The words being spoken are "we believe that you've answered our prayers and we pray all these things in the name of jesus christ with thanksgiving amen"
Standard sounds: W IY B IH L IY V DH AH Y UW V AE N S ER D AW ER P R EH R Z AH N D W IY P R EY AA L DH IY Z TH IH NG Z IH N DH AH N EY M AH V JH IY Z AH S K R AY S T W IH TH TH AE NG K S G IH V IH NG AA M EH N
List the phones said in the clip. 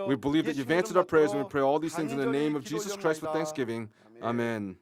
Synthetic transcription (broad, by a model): W IY B IH L IY V DH AH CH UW V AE N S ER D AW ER P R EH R Z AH N W IY P R EY AA L DH IY Z TH IH NG Z IH N DH AH N EY M AH V JH IY Z AH S K R AY S T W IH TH TH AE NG K S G IH V IH NG AA M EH N